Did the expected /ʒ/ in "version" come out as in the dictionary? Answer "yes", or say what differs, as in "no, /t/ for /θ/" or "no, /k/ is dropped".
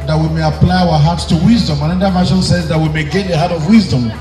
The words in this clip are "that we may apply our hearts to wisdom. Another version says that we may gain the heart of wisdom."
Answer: no, /ʃ/ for /ʒ/